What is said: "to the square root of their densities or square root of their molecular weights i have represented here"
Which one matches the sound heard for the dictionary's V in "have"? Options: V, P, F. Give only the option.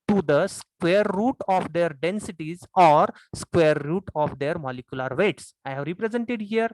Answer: V